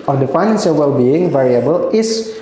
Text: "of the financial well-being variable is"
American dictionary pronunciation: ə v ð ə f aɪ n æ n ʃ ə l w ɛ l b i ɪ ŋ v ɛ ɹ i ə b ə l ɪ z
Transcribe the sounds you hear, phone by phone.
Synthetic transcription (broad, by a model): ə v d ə f aɪ n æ n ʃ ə l w ɛ l b i ɪ ŋ v ɛ ɹ i ə b ə l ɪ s